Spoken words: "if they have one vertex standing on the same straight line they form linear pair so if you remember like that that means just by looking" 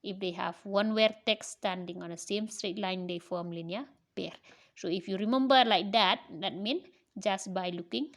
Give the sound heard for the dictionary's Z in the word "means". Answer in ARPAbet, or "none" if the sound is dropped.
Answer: none